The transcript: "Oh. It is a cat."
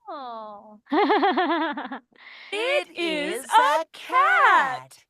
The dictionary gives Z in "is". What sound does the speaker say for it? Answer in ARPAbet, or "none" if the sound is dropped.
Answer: Z